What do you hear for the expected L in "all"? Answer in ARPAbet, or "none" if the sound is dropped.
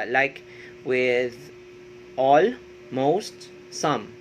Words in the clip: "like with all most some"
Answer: L